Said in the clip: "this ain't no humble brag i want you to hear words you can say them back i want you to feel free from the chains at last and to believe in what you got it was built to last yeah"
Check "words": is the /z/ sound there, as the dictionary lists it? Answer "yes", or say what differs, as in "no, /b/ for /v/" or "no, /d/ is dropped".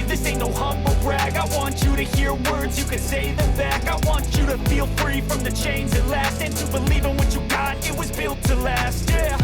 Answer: yes